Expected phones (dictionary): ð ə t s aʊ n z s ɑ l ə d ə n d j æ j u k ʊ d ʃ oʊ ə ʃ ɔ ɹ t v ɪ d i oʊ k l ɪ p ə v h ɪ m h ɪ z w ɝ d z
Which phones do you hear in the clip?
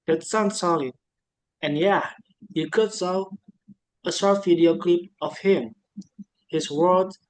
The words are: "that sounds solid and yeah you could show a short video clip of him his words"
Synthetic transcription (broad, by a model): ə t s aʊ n s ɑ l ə ə n j æ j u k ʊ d s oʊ ə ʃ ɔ ɹ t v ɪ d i oʊ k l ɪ p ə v h ɪ m h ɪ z w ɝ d